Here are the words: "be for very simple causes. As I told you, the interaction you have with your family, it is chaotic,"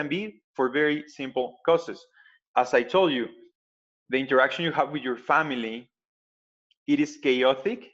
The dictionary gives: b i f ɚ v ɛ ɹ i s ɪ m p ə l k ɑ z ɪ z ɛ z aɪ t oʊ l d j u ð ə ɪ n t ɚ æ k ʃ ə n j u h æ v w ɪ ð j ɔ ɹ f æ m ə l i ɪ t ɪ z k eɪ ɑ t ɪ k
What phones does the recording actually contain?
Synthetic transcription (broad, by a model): b i f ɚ v ɛ ɹ i s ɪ m p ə l k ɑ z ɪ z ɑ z aɪ t oʊ l d j u ð ə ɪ n t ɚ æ k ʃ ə n j u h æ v w ɪ ð j ɔ ɹ f æ m ə l i ɪ t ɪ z k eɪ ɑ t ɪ k